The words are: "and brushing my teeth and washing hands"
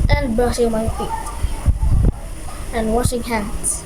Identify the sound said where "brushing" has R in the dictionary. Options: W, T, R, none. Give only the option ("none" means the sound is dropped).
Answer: none